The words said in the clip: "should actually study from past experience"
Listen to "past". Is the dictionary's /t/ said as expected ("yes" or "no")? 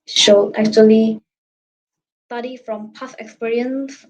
no